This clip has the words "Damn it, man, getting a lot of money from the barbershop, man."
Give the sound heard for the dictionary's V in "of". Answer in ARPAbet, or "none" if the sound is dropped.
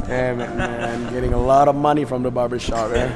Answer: V